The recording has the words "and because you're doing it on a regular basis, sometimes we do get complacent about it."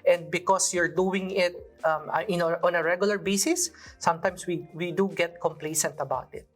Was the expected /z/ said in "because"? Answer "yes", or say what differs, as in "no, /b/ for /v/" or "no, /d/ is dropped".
no, /s/ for /z/